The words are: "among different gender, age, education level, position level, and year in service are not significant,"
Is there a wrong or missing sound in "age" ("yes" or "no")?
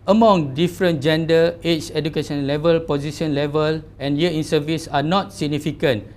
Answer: yes